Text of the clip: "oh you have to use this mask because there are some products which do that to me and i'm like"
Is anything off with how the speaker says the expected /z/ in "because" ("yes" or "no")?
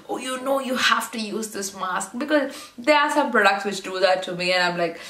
no